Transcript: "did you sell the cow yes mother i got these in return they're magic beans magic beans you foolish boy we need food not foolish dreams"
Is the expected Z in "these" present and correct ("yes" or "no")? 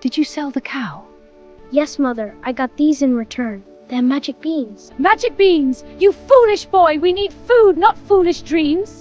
yes